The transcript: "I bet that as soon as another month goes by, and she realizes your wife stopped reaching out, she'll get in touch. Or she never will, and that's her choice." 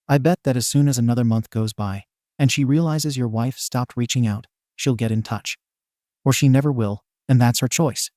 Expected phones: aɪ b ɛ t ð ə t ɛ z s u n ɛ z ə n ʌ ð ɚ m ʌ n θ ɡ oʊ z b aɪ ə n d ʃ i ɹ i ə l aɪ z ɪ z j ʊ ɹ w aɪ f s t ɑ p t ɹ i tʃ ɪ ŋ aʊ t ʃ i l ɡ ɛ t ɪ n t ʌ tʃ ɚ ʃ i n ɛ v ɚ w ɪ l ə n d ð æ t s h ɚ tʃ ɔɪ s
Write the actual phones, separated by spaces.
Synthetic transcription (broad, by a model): aɪ b ɛ t ð ə t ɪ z s u n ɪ z ə n ʌ ð ɚ m ʌ n θ ɡ oʊ z b aɪ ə n ʃ i ɹ i ə l aɪ z ɪ z j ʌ ɹ w aɪ f s t ɑ p t ɹ i tʃ ɪ ŋ aʊ t ʃ i l ɡ ɛ t ɪ n t ʌ tʃ ɚ ʃ i n ɛ v ɚ w ɪ l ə n ð æ t s h ɚ tʃ ɔɪ s